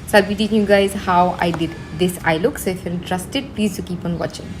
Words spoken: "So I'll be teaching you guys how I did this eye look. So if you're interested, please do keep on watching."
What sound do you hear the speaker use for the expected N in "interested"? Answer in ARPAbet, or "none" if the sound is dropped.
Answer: L